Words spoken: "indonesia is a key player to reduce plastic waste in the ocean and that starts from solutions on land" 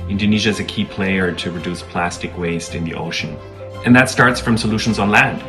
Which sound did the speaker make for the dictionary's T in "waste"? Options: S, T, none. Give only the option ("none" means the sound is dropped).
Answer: T